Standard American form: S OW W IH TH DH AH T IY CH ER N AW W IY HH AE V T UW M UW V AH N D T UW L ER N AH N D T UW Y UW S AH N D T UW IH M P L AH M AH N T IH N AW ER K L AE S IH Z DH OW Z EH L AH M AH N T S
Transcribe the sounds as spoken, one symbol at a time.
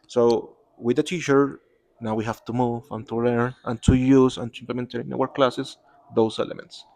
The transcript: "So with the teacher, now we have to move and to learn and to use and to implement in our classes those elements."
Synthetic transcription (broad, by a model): S OW W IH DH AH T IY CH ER N AW W IY HH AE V T UW M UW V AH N T UW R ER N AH N T UW Y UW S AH N T UW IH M P L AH M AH N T IH N AW ER K L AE S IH S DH OW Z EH L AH M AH N T S